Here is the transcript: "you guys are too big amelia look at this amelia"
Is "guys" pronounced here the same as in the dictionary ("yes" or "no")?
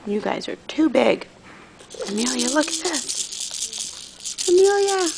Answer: yes